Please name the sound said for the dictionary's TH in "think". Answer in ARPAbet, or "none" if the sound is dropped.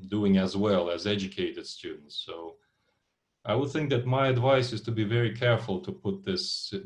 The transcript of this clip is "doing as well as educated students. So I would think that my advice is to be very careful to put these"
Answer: TH